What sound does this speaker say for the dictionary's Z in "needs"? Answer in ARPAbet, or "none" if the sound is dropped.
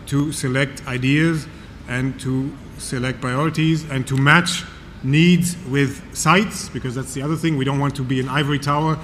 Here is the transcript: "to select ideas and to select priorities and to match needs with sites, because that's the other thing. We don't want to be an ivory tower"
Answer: Z